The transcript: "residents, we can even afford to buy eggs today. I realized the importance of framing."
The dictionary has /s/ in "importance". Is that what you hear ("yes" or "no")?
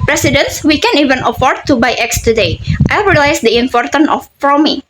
no